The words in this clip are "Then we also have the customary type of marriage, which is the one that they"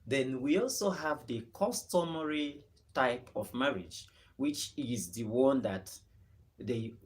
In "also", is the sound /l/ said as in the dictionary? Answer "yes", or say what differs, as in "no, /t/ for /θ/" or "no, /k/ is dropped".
yes